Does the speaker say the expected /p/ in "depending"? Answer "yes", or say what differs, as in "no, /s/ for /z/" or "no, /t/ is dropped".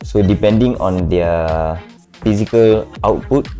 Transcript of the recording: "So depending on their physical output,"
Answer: yes